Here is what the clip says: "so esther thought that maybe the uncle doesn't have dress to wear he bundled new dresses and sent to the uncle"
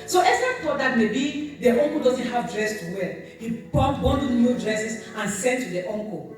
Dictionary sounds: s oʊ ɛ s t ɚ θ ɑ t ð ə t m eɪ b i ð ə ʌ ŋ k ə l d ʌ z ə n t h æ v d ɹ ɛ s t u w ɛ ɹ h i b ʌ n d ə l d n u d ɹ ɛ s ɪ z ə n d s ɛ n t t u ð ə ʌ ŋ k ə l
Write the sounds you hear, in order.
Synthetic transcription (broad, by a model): s oʊ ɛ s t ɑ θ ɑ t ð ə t m eɪ b i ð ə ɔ ŋ k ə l d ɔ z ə n t h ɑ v d ɹ ɛ s t u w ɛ l h i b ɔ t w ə n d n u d ɹ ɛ s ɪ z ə n s ɛ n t t u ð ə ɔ ŋ k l